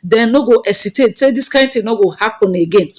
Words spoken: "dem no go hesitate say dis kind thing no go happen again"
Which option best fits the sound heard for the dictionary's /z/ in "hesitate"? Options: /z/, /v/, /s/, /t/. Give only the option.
/s/